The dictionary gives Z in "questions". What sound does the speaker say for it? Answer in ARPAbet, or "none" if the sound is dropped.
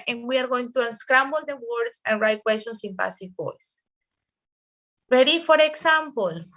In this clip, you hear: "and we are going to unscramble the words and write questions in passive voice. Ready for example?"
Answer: S